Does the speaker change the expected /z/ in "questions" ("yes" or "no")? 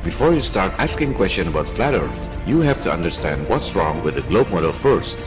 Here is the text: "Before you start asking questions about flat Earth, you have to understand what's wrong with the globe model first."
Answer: yes